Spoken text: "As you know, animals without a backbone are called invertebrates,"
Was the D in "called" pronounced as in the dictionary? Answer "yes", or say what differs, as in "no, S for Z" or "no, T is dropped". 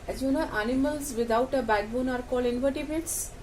no, D is dropped